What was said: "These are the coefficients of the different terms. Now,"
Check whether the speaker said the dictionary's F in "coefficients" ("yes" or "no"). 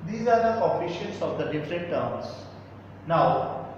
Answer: no